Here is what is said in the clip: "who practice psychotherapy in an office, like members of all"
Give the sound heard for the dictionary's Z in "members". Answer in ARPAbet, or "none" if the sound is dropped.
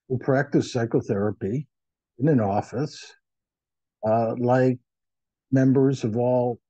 Z